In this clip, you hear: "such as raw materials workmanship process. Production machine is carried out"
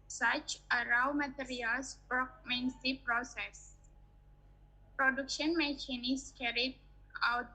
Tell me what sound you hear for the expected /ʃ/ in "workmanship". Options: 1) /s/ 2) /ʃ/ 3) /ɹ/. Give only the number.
1